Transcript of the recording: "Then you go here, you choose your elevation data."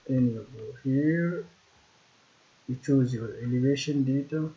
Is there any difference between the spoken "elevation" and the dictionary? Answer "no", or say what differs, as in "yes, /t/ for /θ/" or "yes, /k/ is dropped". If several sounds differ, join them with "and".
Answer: no